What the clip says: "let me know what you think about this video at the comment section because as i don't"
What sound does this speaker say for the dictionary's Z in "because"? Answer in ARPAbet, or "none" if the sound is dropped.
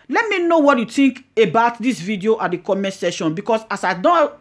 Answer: S